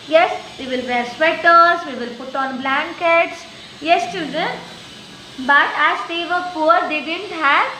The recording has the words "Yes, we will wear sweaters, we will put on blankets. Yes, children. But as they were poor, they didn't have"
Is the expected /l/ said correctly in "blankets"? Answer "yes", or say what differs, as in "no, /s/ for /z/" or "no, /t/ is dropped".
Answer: yes